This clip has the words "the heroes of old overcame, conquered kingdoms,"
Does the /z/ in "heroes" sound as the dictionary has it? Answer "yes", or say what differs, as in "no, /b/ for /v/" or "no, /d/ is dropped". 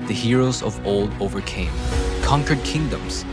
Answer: yes